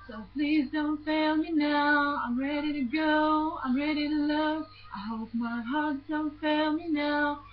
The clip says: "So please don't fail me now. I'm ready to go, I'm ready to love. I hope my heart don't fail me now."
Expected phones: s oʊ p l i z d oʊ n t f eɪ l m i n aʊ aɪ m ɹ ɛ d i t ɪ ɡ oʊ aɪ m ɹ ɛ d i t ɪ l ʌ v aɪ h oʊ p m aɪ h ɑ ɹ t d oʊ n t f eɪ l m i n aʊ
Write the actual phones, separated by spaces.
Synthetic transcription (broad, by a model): s oʊ p l i z d oʊ n t f eɪ l m i n aʊ aɪ m ɹ ɛ d i t ɪ ɡ oʊ aɪ m ɹ ɛ d i t ɪ l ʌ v aɪ h oʊ p m aɪ h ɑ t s d oʊ n t f eɪ l m i n aʊ